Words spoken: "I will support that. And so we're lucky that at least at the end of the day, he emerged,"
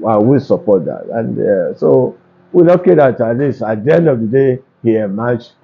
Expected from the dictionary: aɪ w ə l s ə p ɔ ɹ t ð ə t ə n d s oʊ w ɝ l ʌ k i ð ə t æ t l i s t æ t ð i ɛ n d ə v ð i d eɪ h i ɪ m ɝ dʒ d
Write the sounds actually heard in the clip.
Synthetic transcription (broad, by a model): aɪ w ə s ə p ɔ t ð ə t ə n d s oʊ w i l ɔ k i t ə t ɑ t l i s ɑ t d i ɛ n d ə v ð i d eɪ h i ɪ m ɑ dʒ